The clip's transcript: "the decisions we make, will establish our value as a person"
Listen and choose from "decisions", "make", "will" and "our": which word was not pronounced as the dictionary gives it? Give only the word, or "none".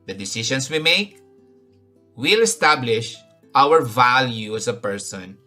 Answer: decisions